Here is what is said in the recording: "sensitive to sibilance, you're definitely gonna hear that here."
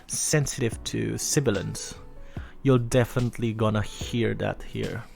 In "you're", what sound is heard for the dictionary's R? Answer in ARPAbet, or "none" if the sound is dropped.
L